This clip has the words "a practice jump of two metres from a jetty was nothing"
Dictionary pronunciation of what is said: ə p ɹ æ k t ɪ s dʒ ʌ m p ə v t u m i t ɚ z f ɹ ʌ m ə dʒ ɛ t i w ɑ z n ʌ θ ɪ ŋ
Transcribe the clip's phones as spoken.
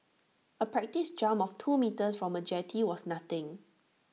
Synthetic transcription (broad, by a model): ə p ɹ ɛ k t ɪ s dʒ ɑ m ə f t u m i t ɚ s f ɹ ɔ m ə dʒ ɛ t i w ɑ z n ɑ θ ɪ ŋ